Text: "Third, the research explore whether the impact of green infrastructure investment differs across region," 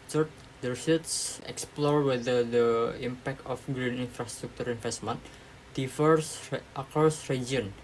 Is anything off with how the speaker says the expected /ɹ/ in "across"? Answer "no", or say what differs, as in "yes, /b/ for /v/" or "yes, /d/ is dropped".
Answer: yes, /ɹ/ is dropped